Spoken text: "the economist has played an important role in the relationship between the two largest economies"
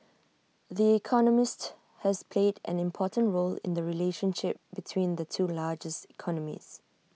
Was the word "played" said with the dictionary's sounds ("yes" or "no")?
yes